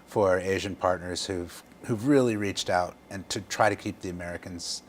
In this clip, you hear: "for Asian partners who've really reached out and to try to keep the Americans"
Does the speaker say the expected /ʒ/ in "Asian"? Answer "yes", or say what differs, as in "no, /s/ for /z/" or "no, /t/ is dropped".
yes